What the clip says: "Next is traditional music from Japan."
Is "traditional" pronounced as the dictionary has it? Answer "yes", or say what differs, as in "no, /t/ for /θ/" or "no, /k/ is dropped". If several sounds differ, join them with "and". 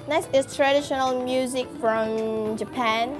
yes